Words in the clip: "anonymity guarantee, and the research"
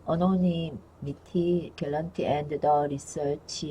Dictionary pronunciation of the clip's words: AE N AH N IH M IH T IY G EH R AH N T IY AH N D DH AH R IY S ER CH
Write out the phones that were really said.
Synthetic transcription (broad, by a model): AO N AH N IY M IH T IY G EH L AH N T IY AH N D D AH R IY S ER CH